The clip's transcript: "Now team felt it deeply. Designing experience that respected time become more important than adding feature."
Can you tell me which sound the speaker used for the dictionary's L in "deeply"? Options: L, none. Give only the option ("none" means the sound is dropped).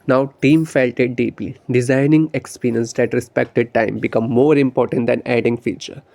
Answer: none